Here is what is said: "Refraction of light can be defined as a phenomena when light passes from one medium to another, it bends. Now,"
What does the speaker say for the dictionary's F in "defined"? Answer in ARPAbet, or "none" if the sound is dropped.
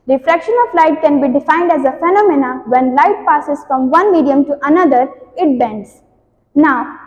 F